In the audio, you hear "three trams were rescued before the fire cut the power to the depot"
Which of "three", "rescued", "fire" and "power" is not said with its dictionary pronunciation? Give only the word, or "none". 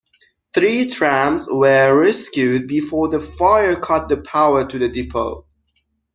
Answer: none